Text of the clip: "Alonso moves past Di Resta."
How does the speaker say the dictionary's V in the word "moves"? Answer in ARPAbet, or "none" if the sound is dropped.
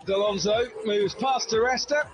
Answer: V